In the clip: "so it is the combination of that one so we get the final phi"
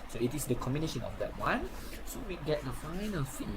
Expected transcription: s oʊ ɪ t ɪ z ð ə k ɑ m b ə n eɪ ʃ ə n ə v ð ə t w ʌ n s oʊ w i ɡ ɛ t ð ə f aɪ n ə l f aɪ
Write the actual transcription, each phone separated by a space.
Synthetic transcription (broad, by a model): s oʊ ɪ t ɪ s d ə k ɑ m b ə n eɪ ʃ ə n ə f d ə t w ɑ n s oʊ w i ɡ ɛ t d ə f aɪ n ə l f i